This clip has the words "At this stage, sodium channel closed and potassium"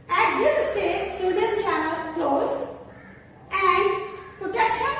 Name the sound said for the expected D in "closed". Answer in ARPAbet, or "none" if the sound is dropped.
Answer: none